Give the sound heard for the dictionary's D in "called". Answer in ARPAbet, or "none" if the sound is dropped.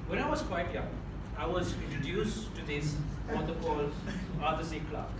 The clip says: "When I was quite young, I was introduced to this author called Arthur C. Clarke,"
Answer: none